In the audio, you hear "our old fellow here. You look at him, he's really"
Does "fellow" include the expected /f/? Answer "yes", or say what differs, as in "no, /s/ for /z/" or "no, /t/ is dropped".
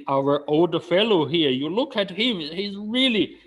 yes